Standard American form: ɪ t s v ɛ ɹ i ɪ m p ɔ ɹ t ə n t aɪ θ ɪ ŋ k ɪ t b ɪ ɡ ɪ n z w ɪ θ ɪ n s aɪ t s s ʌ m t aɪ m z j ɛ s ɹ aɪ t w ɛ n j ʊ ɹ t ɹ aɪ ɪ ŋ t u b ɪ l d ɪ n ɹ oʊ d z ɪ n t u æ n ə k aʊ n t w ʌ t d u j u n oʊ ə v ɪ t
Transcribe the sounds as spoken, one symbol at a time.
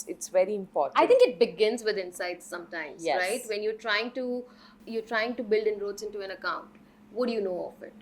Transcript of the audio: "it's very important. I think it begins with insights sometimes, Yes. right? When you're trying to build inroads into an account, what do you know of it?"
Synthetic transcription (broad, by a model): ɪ t s v ɛ ɹ i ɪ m p ɔ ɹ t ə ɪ t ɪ ŋ k ɪ t b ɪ ɡ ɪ n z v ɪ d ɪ n s aɪ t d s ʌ m t aɪ m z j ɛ ɹ aɪ t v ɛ n j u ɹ t ɹ aɪ ɪ ŋ t u b ɪ l d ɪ n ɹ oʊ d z ɪ n t u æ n ə k aʊ n t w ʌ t d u j u n oʊ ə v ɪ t